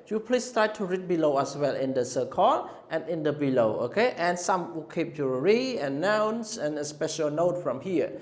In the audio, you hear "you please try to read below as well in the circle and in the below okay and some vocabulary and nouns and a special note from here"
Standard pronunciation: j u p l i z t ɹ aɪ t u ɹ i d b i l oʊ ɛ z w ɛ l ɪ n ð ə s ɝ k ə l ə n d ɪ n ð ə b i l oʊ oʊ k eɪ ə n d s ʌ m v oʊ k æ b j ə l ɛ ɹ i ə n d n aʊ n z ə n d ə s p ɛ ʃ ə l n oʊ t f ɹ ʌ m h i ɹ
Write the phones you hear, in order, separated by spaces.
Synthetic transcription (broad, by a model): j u p l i s t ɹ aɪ t u ɹ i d b i l oʊ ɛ s w ɛ l ɪ n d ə s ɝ k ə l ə n ɪ n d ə b i l oʊ oʊ k eɪ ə n s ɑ m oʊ k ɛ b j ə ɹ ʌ ɹ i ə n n aʊ n s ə n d ə s p ɛ ʃ ə l n oʊ t f ɹ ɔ m h i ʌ